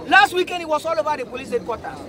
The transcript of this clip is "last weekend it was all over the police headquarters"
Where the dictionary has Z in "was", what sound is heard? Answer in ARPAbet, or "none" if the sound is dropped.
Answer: S